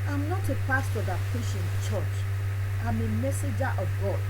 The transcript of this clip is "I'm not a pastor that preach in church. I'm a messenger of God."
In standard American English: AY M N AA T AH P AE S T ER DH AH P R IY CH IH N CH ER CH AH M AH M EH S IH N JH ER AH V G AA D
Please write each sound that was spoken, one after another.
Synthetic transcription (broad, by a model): AY M N AA T AH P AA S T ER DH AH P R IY SH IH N CH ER CH AH M AH M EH S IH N JH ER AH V G AA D